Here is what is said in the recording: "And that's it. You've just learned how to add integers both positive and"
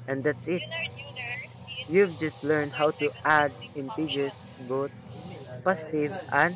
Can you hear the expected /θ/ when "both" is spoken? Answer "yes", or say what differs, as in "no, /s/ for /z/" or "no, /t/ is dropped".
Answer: no, /t/ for /θ/